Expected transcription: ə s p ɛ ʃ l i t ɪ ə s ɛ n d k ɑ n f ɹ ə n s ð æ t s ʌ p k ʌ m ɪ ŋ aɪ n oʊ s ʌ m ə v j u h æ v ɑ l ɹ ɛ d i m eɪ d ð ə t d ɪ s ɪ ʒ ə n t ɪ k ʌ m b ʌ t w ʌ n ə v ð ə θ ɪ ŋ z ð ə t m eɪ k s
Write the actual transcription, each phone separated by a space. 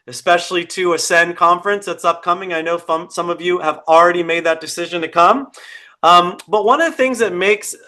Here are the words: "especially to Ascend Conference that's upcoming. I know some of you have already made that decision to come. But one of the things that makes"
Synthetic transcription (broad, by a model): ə s p ɛ ʃ l i t ɪ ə s ɛ n k ɑ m f ɹ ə n s ð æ t s ʌ p k ʌ m ɪ ŋ aɪ n oʊ s ʌ m ə v j u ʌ v l ɹ ɛ d i m eɪ d ð ə t d ɪ s ɪ ʒ ə n t ɪ k ʌ m b ʌ t w ʌ n ə v ð ə θ ɪ ŋ z ð ə t m eɪ k s